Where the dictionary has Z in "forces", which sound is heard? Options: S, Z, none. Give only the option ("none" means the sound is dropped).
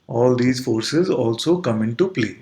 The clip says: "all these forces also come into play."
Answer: Z